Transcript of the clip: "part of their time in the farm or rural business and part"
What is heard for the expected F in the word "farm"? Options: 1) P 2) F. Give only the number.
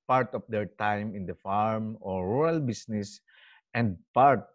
2